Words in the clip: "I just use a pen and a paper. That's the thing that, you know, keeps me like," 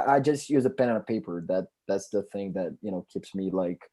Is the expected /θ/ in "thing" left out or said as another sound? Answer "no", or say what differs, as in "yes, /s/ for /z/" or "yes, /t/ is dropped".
no